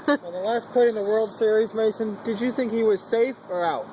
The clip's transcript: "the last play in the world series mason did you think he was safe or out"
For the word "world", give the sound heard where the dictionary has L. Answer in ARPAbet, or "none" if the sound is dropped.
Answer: L